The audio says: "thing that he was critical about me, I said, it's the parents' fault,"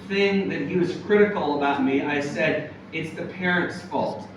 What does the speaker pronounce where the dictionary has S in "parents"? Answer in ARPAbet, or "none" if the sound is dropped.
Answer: S